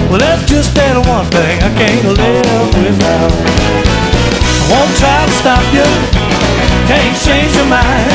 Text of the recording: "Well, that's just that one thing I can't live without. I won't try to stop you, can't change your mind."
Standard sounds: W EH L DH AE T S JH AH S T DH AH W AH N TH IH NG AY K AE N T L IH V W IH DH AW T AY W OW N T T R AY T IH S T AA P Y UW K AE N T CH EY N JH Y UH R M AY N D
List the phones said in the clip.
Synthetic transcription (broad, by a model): W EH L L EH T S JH AH S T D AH W AH N TH IH NG AY K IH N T L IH P W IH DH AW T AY W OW N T T R AY T IH S T AA P Y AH K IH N CH EY N JH Y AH R M AY N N